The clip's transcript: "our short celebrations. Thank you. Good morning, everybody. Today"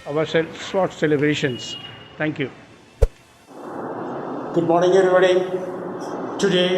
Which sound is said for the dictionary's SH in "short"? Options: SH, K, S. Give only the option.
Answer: S